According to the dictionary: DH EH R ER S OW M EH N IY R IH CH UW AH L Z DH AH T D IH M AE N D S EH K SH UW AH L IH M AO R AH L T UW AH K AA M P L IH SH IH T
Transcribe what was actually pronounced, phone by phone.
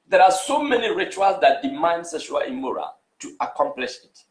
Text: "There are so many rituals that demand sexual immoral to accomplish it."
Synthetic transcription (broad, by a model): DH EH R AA S OW M EH N IY R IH CH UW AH L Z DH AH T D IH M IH N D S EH SH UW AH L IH M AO R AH T UW AH K AA M P L IH SH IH T